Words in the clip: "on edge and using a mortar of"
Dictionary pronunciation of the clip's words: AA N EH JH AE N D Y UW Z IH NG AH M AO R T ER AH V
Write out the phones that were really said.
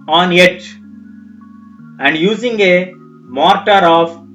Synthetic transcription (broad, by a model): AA N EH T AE N D Y UW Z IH NG AH M AO R T ER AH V